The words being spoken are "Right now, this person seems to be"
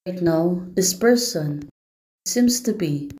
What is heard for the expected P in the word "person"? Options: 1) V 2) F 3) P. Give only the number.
3